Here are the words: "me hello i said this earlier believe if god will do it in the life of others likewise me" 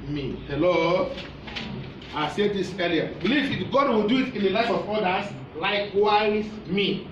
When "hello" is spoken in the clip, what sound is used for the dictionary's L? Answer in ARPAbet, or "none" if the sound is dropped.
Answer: L